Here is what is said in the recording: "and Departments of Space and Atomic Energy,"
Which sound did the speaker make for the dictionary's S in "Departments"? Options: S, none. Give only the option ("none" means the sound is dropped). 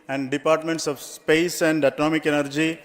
S